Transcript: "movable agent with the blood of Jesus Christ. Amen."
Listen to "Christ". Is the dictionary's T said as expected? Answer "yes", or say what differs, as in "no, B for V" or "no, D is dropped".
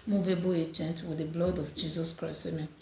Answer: no, T is dropped